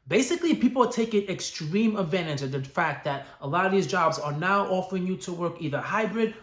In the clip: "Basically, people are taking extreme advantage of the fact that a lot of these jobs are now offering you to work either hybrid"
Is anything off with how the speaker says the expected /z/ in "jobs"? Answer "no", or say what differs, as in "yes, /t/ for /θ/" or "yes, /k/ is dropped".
no